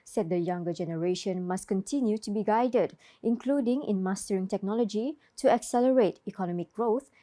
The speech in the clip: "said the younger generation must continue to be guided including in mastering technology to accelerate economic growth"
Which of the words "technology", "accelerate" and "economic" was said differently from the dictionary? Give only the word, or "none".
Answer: none